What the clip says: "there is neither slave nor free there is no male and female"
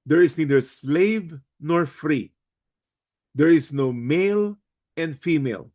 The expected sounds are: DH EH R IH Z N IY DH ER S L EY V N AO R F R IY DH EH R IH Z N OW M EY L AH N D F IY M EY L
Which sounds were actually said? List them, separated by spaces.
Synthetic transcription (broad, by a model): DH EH R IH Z N IY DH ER S L EY V N AO R F R IY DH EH R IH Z N OW M EY L AH N D F IY M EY L